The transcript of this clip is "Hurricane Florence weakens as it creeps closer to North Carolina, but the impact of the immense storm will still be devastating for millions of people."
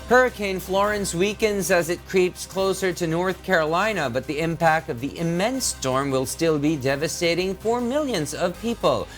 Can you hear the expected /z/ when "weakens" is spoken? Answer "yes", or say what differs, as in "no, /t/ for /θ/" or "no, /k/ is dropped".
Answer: yes